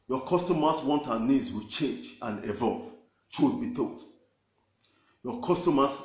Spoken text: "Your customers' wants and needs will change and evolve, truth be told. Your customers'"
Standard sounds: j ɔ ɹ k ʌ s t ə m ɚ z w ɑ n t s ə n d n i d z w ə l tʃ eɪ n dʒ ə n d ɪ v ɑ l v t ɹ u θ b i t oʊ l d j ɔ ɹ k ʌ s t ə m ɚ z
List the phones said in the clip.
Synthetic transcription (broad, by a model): j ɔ k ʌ s t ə m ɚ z w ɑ n t ə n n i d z w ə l tʃ eɪ n dʒ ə n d ɪ v ɑ l v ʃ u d b i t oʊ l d j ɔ k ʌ s t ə m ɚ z